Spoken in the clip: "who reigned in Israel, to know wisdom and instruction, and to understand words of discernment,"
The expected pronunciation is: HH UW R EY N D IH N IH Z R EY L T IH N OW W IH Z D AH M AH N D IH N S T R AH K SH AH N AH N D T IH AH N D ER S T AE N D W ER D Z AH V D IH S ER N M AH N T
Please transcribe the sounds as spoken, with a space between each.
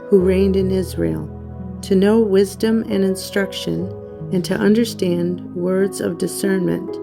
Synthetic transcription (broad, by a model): HH UW R EY N D IH N IH Z R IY L T IH N OW W IH Z D AH M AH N IH N S T R AH K SH AH N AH N T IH AH N D ER S T AE N D W ER D Z AH V D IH S ER N M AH N T